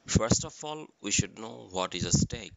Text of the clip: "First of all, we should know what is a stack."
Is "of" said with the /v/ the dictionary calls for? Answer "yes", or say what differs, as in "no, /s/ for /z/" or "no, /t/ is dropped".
no, /f/ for /v/